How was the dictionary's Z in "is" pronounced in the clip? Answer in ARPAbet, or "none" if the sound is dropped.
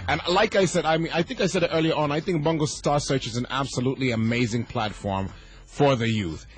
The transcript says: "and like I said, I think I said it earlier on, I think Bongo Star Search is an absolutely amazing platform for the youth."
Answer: Z